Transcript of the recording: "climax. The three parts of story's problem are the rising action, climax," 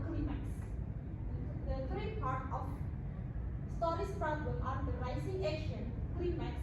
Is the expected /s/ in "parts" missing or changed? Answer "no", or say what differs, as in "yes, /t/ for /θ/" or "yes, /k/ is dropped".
yes, /s/ is dropped